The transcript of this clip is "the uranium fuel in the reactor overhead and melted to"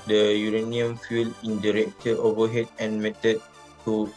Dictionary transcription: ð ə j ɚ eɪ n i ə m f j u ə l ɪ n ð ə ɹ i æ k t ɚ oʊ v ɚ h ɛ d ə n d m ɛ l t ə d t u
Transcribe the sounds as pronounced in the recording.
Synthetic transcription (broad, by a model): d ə j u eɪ n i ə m f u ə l ɪ n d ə ɹ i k t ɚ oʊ v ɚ h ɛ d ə n m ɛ t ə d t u